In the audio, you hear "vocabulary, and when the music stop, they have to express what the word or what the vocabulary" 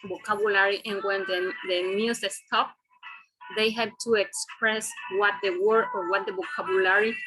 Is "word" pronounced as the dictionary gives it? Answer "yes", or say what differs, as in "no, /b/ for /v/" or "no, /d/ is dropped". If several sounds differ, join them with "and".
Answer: no, /d/ is dropped